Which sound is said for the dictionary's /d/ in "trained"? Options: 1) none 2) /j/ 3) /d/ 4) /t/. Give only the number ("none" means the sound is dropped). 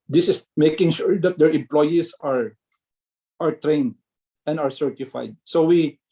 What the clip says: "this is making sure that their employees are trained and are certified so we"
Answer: 3